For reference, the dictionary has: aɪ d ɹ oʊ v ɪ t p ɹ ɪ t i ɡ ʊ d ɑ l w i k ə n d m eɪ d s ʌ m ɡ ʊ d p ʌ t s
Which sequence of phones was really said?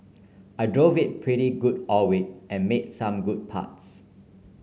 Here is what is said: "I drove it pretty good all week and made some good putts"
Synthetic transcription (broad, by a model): aɪ d ɹ oʊ v ɪ t p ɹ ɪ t i ɡ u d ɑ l w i ə n m eɪ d s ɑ m ɡ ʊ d p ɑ t s